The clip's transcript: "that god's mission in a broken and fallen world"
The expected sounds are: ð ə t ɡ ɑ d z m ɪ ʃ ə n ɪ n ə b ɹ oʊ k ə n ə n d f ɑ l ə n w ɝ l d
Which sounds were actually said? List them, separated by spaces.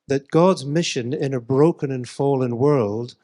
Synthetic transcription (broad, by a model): ð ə t ɡ ɑ d z m ɪ ʃ ə n ɪ n ə b ɹ oʊ k ə n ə n f ɑ l ə n w ɝ l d